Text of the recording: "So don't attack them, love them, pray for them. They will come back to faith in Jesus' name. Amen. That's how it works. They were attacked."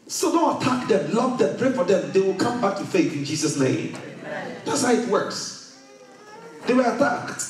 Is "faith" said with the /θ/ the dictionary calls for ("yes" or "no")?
yes